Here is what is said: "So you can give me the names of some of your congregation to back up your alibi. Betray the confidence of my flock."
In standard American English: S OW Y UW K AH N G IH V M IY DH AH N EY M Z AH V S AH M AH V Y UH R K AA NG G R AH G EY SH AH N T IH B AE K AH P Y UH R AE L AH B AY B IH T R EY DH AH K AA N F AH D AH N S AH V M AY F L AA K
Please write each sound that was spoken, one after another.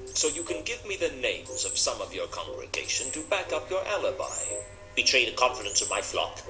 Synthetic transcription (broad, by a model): S OW Y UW K AH N G IH V M IY DH AH N EY M Z AH V S AH M AH V Y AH R K AA NG G R AH G EY SH AH N T IH B AE K AH P Y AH R AE L AH B AY B IH T R EY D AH K AA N F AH D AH N S AH V M AY F L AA K